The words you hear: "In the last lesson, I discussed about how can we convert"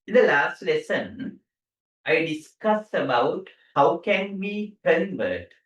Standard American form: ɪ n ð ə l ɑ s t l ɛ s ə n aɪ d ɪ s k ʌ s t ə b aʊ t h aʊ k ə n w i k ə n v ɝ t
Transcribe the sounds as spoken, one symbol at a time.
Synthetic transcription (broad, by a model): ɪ n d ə l ɑ s t l ɛ s ə n aɪ d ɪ s k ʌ s ə b aʊ t h aʊ k ə n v i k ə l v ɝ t